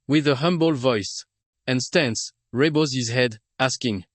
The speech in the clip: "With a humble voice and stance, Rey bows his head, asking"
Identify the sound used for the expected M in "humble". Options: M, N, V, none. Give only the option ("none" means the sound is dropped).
M